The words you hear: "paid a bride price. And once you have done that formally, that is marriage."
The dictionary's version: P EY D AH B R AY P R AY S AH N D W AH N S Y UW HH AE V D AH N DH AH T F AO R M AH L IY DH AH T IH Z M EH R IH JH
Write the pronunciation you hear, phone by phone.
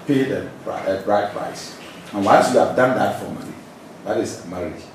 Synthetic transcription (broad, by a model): P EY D AH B R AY P R AY S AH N W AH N S Y UW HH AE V D AH N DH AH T F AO M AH N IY DH AH T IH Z M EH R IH